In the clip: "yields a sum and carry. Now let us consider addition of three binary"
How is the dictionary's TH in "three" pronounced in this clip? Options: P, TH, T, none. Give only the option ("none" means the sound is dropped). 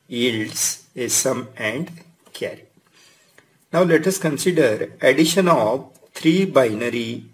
T